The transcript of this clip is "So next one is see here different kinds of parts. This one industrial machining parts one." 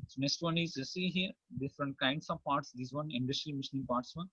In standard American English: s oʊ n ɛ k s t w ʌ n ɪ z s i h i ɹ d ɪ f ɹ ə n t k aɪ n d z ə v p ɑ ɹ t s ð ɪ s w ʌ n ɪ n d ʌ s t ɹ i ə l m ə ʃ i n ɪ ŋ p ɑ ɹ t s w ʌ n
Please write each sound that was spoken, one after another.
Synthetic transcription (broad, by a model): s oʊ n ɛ s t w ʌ n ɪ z s i h i ɹ d ɪ f ɹ ə n t k aɪ n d s ə v p ɑ ɹ t s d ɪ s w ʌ n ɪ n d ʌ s t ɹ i m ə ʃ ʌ n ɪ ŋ p ɑ ɹ t s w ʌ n